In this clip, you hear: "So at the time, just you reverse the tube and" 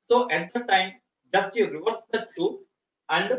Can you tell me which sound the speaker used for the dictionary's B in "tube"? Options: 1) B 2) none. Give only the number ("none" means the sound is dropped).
2